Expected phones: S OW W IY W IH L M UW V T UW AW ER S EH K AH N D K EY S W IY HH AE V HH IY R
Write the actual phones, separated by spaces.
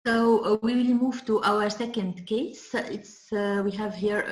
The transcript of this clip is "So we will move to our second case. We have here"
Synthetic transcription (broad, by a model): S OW W IY W IH L M UW V T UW AW ER S EH K AH N D K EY S W IY HH AE V HH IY R